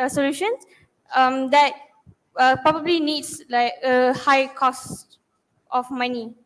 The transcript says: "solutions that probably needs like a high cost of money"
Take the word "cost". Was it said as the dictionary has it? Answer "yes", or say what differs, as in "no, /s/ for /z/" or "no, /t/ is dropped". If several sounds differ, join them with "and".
yes